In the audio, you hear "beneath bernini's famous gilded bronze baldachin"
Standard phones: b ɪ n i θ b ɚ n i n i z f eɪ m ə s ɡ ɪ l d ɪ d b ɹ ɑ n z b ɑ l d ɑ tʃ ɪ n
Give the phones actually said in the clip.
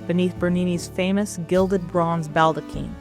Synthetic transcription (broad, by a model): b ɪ n i θ b ɚ n i n i z f eɪ m ə s ɡ ɪ l d ɪ d b ɹ ɑ n z b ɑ l d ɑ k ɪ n